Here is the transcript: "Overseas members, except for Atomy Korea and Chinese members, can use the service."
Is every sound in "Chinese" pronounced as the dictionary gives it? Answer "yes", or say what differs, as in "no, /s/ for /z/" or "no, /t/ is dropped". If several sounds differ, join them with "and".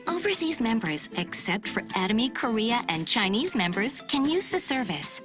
yes